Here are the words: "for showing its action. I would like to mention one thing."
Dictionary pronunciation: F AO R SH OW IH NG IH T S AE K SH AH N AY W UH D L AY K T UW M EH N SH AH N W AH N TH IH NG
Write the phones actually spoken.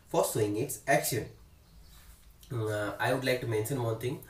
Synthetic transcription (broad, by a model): F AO R S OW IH NG IH T S AE K SH AH N AY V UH D L AY K T UW M EH N SH AH N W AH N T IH NG